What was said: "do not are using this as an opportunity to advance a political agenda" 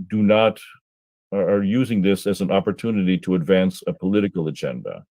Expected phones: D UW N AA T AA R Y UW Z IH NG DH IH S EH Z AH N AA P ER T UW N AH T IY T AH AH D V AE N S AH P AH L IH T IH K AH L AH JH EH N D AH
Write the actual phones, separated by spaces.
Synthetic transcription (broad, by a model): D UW N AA T R Y UW Z IH NG DH IH S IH Z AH N AA P ER T UW N AH T IY T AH AH D V AE N S AH P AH L IH T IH K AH L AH JH EH N D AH